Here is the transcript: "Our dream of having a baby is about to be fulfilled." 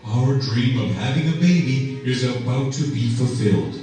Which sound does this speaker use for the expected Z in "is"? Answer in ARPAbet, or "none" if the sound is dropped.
Z